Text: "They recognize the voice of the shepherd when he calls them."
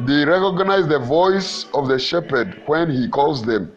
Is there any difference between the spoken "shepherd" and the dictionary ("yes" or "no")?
no